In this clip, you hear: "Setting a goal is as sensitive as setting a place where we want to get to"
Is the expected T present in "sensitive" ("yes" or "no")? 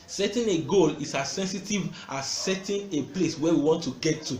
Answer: yes